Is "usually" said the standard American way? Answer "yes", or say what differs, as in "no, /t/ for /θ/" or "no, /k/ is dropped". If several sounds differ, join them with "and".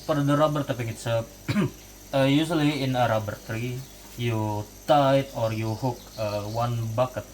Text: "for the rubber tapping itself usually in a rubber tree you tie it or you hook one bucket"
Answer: no, /s/ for /ʒ/